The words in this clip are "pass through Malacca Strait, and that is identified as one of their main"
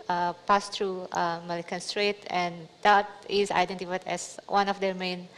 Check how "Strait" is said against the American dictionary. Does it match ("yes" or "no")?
yes